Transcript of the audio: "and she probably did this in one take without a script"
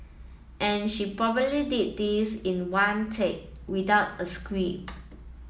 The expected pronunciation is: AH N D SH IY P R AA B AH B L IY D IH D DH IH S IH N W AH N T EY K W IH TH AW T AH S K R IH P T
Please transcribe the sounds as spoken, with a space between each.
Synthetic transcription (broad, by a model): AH N SH IY P R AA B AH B L IY D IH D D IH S IH N W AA N T EY K W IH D AW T AH S K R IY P